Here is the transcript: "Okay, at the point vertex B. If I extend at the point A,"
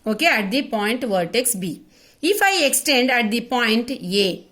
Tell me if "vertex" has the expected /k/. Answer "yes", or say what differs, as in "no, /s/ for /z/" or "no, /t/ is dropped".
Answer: yes